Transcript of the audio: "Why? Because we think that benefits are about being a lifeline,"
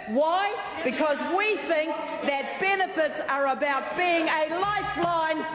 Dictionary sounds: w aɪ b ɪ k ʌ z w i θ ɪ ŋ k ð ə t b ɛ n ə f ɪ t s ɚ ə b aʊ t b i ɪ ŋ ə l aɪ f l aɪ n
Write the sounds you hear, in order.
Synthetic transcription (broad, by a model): w aɪ b ɪ k ʌ z w i θ ɪ ŋ k ð ə t b ɛ n ə f ɪ t s ɚ ə b aʊ t b i ɪ ŋ ə l aɪ f l aɪ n